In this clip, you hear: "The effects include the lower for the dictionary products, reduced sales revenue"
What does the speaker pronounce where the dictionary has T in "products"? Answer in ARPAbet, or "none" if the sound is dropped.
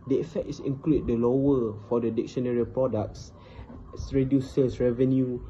S